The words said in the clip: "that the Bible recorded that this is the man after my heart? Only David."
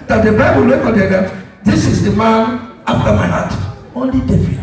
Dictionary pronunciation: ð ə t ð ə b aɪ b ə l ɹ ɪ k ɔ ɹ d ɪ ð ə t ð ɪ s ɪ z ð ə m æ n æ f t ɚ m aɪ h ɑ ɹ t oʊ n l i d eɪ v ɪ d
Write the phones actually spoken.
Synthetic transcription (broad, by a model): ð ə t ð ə b aɪ b ə l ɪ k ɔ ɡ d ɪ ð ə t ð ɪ s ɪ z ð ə m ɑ n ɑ f t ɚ m aɪ h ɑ t oʊ n l i d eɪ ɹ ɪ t